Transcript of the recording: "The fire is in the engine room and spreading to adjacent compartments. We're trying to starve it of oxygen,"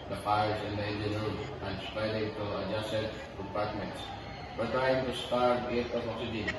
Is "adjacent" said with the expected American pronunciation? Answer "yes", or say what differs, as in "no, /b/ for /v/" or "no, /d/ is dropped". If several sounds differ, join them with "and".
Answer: no, /n/ is dropped